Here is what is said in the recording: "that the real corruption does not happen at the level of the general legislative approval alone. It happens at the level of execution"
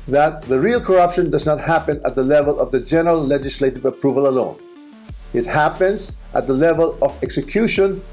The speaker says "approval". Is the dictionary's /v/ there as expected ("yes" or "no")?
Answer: yes